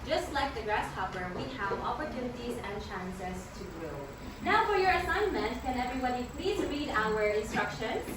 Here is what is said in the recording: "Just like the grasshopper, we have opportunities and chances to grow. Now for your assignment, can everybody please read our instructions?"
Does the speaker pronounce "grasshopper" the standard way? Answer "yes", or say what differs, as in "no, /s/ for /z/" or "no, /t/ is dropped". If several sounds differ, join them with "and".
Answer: yes